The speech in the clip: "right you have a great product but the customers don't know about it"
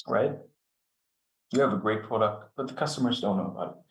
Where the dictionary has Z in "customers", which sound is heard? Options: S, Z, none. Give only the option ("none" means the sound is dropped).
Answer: Z